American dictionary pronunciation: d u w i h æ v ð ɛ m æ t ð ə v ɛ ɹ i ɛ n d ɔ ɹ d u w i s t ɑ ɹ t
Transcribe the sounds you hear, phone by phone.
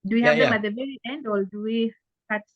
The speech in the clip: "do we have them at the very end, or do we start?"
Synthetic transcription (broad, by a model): d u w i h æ v ð ɛ m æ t ð ə v ɛ ɹ i ɛ n d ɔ l d u w i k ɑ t